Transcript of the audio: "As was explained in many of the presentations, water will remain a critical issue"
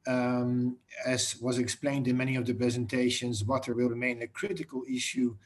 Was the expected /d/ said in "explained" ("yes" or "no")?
yes